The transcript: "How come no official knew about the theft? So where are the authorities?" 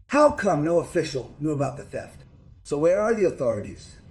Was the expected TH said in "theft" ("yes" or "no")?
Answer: no